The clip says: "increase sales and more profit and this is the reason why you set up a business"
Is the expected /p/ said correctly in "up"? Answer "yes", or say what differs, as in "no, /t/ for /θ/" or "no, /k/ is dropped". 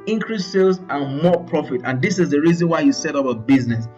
no, /b/ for /p/